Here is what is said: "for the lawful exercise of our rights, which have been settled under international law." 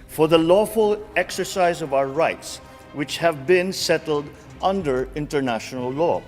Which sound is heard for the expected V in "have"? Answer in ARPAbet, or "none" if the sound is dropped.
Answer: V